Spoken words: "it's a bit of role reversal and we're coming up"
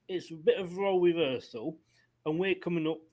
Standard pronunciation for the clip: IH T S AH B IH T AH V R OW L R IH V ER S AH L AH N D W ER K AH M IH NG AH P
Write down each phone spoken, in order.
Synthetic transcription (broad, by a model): IH T S AH B IH T AH V R OW L W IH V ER S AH L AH N W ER K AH M IH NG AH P